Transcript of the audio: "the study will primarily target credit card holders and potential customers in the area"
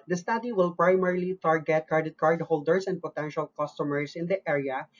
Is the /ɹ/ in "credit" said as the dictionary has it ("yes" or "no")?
no